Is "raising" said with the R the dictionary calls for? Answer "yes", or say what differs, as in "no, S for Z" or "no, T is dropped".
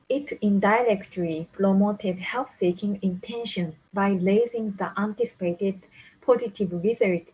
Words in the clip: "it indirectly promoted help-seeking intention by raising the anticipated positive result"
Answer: no, L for R